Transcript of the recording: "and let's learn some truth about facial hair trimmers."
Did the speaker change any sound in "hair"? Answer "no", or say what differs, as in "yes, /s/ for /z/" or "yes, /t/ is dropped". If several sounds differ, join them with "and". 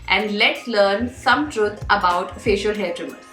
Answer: yes, /l/ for /ɹ/